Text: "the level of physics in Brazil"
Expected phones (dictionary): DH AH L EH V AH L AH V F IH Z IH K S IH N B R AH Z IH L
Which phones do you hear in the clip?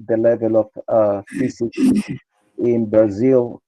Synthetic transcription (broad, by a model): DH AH L EH V AH L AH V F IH S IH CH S IH N B R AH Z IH L